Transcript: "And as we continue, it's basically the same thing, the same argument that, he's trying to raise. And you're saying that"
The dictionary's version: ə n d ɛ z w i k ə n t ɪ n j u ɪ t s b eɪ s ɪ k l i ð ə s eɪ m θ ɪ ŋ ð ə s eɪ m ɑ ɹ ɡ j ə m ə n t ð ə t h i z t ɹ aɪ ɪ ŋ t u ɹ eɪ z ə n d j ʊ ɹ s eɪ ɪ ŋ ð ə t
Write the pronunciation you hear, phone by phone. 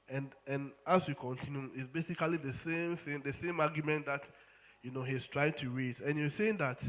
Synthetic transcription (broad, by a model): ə n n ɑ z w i k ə n t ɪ n j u ɪ t s b eɪ s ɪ k l i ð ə s eɪ m θ ɪ ŋ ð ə s eɪ m ɑ ɡ j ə m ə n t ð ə t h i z t ɹ aɪ ɪ ŋ t u ɹ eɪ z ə n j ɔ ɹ s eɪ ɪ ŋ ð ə t